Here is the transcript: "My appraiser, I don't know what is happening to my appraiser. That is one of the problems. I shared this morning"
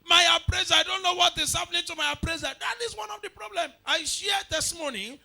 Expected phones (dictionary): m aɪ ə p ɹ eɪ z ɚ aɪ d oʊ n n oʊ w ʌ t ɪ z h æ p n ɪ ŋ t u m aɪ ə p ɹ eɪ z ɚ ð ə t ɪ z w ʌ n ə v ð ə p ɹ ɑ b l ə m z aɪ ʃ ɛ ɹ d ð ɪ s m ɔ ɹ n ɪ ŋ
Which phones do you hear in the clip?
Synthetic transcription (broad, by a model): m aɪ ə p ɹ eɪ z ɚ aɪ d oʊ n n oʊ w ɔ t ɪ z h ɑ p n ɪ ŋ t u m aɪ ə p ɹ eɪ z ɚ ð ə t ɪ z w ʌ n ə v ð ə p ɹ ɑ b l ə m aɪ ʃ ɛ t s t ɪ m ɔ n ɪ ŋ